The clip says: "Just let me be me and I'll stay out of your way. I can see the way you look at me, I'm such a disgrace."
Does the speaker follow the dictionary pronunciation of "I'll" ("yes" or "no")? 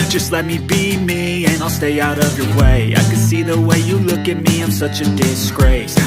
yes